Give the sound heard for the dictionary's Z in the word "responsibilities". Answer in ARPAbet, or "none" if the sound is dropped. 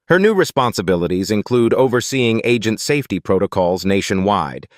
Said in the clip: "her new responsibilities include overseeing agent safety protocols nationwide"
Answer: Z